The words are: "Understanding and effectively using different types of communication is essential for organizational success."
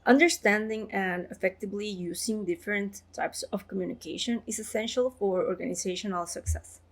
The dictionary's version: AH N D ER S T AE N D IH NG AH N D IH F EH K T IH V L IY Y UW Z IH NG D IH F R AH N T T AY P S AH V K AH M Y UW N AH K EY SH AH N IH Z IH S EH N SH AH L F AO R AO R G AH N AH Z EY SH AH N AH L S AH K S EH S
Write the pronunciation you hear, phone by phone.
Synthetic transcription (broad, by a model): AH N D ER S T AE N D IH NG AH N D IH F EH K T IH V L IY Y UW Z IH NG D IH F R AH N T T AY P S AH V K AH M Y UW N AH K EY SH AH N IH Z IH S EH N SH AH L F AO R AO R G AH N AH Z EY SH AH N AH L S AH K S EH S